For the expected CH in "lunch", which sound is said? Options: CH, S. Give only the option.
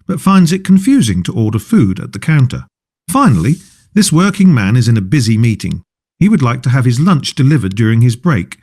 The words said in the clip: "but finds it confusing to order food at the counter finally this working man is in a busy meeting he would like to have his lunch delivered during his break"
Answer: CH